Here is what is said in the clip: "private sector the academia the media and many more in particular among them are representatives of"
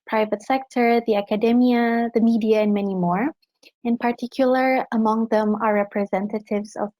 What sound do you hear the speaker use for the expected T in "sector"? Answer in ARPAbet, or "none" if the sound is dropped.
T